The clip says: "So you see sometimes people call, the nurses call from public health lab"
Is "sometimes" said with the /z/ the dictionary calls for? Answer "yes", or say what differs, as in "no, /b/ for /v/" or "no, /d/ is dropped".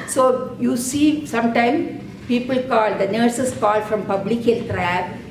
no, /z/ is dropped